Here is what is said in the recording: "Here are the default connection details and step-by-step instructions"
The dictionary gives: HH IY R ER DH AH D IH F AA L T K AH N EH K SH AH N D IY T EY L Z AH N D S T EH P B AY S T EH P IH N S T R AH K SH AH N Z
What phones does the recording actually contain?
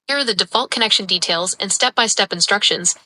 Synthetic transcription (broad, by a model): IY R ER DH AH D IH F AA L T K AH N EH K SH AH N D IY T EY L Z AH N S T EH P B AY S T EH P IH N S T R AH K SH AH N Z